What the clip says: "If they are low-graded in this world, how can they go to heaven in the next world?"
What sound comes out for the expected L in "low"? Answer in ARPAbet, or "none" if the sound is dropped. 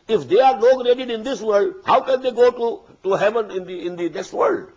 N